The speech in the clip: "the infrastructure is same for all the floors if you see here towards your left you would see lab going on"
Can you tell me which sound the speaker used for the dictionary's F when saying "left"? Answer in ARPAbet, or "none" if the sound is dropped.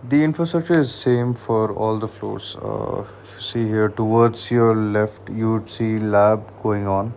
F